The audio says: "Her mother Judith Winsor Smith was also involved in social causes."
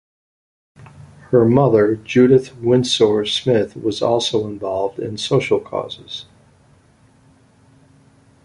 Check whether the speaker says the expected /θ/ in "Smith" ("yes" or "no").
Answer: yes